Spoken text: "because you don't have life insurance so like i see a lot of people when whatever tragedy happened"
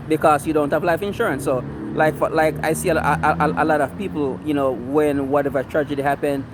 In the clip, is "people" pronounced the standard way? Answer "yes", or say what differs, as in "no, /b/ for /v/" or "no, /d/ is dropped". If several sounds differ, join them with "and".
no, /n/ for /l/